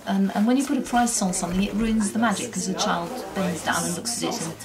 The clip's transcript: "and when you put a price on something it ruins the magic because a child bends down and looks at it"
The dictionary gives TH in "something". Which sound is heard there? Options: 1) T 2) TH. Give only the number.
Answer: 2